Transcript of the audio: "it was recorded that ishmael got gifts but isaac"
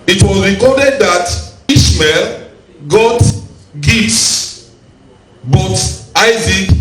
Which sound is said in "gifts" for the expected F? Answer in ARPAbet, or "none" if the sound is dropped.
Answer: none